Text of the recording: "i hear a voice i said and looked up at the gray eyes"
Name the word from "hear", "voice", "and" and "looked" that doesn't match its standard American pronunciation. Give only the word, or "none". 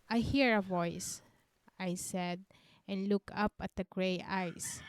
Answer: looked